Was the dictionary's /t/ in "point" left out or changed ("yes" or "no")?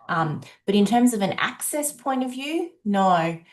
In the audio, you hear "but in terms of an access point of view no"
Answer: no